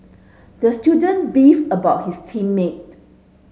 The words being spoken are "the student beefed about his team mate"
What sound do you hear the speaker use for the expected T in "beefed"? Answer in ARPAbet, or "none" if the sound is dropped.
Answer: none